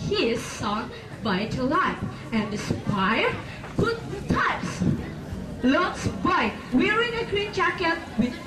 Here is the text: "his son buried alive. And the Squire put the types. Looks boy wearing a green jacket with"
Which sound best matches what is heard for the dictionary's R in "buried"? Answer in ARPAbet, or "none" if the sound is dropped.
none